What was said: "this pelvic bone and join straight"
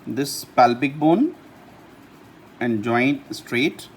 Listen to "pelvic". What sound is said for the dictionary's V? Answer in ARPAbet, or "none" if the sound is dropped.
B